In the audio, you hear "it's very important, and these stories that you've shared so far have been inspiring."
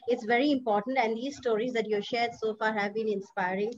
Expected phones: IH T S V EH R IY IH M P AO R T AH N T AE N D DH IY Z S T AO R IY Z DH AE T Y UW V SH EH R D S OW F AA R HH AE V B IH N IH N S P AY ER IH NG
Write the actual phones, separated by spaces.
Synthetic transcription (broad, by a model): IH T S V EH R IY IH M P AO R T AH N T AE N D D IY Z S T AO R IY Z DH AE T Y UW SH EH R D S OW F AA R HH AE V B IH N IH N S P AY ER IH NG